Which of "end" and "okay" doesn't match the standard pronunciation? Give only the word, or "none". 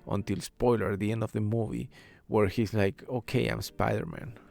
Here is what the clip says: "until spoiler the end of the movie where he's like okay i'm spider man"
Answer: none